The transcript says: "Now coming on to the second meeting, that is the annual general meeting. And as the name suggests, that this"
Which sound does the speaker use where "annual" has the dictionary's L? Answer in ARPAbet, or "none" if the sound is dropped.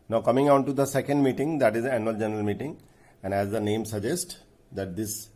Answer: L